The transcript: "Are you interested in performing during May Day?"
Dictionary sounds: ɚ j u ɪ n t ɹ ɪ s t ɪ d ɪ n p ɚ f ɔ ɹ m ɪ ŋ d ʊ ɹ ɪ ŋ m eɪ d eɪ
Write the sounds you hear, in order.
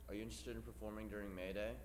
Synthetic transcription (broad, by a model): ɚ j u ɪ n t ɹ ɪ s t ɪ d ɪ n p ɚ f ɔ ɹ m ɪ ŋ d ʊ ɹ ɪ ŋ m eɪ d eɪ